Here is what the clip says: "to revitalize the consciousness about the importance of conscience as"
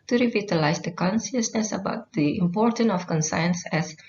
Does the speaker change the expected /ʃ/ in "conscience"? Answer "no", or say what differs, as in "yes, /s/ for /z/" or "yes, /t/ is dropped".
yes, /s/ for /ʃ/